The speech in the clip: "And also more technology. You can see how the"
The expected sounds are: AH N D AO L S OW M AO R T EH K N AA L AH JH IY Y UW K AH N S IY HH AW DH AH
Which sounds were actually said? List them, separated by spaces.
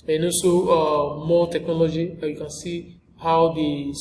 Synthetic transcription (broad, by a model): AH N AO S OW M AO T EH K N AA L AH JH IY Y UW K AH N S IY HH AW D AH